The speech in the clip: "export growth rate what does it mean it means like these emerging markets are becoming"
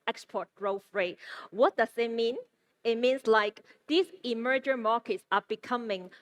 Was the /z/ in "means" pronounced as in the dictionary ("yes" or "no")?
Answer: no